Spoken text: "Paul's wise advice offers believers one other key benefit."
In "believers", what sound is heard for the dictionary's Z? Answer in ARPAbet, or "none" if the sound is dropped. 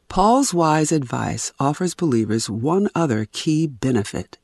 Z